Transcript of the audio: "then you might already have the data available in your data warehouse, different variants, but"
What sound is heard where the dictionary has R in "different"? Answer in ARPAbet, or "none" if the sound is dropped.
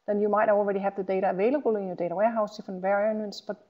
none